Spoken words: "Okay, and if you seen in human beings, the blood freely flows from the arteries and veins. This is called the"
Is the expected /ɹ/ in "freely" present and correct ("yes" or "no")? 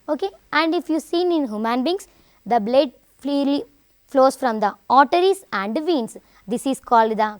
no